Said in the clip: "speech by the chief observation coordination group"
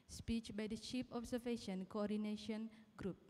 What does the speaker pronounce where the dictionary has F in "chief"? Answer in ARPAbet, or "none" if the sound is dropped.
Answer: P